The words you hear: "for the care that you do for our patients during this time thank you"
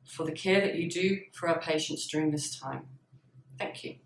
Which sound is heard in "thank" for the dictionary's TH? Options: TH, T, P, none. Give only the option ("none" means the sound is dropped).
TH